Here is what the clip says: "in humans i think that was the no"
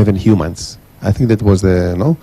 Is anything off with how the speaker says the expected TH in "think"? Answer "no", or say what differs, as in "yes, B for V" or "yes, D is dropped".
no